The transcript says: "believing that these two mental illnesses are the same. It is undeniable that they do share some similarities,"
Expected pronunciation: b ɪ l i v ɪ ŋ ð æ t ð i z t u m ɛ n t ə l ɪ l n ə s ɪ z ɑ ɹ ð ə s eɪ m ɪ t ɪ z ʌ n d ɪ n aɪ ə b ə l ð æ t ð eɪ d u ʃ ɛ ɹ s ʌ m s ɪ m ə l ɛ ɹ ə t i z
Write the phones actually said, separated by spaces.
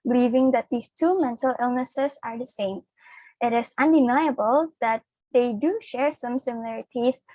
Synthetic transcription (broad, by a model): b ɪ l i v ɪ ŋ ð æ t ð i s t u m ɛ n t ə l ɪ l n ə s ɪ s ɑ ɹ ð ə s eɪ m ɪ t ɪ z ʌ n d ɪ n aɪ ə b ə l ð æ t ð eɪ d u ʃ ɛ ɹ s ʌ m s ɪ m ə l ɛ ɹ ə t i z